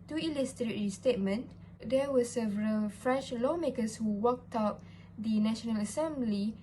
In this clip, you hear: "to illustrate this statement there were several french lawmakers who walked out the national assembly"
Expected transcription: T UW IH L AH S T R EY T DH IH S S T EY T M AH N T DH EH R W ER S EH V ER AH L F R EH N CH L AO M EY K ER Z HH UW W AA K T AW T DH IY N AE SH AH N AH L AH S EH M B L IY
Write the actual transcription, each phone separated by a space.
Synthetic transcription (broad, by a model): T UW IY L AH S T R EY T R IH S S T EY T M AH N T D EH W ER S EH V ER AH L F R EH N CH L AO M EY K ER S HH UW W AA K T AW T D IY N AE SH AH N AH L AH S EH M B L IY